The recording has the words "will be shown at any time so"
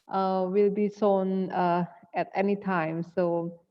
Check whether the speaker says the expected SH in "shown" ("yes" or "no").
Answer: no